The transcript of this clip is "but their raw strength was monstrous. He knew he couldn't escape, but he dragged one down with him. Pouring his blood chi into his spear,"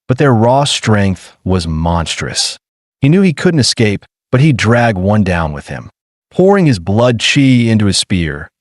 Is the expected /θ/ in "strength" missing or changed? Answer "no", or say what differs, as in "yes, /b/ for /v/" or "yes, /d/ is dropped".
no